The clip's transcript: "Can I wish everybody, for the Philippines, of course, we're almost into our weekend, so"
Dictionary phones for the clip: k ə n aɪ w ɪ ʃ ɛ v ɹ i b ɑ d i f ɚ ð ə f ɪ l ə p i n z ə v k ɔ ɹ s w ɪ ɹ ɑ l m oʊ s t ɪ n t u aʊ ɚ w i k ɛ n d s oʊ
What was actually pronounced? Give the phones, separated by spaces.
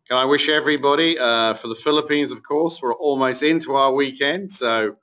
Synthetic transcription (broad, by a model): k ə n aɪ w ɪ ʃ ɛ v ɹ i b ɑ d i f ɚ ð ə f ɪ l ə p i n z ə v k ɔ ɹ s w ɪ ɹ ɑ l m oʊ s t ɪ n t u aʊ ɚ w i k ɛ n d s oʊ